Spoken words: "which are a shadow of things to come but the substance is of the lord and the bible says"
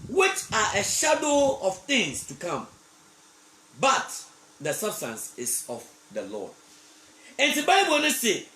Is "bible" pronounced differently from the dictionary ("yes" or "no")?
yes